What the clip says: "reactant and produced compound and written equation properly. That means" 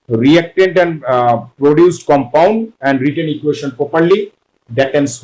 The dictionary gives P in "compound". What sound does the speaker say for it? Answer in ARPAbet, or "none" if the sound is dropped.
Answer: P